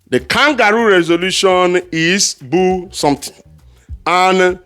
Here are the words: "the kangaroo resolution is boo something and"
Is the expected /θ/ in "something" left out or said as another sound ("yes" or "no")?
yes